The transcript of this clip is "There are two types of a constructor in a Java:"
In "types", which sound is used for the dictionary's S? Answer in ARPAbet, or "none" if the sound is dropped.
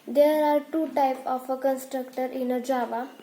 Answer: none